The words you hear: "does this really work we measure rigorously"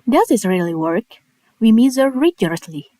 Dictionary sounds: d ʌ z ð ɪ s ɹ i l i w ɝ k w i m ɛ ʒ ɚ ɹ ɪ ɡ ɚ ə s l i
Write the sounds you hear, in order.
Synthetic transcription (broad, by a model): d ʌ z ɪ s ɹ i l i w ɝ k w i m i z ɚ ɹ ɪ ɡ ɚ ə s l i